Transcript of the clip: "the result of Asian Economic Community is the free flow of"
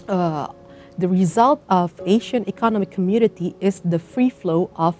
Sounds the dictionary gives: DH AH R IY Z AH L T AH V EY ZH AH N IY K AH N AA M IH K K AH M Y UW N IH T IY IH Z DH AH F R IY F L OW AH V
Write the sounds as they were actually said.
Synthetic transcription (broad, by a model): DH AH R IY Z AH L T AH V EY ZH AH N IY K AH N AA M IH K K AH M Y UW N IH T IY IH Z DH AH F R IY F L OW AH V